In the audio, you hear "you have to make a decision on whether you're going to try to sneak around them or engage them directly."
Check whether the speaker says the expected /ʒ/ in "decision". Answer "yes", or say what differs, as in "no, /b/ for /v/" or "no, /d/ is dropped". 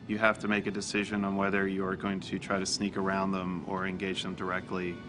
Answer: yes